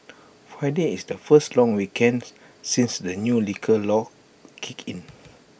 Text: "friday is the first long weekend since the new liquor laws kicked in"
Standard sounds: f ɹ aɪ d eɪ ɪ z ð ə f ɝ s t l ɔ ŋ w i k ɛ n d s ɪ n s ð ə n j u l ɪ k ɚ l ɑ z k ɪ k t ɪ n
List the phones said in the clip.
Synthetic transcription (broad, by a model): f ɹ aɪ d eɪ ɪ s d ə f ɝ s t l ɔ ŋ w i k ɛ n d s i n s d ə n j u l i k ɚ l ɑ k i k ɪ n